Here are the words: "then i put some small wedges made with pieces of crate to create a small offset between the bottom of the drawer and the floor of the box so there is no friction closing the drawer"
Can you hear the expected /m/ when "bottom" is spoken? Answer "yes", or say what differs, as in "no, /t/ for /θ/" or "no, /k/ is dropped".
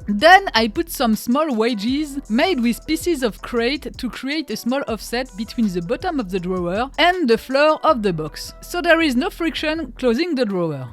yes